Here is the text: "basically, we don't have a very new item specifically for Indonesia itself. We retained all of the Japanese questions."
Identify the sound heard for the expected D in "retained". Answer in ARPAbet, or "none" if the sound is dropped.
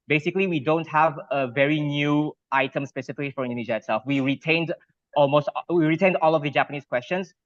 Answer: D